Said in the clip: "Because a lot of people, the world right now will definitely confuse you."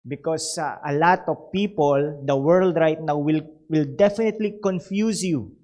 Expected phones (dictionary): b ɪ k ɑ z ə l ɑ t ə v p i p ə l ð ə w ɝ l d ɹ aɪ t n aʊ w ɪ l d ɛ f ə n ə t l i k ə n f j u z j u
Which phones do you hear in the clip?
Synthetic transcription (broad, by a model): b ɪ k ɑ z ə l ɑ t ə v p i p ə l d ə w ɝ l d ɹ aɪ t n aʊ w ɪ l d ɛ f ə n ə t l i k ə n f j u s j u